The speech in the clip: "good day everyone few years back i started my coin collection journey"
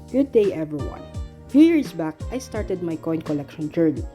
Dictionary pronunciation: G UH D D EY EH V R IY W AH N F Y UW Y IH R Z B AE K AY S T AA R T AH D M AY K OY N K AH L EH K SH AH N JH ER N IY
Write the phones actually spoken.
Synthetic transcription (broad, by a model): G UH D D EY EH V R IY W AH N F Y UW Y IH R S B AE K AY S T AA R T AH D M AY K OY N K AH L EH K SH AH N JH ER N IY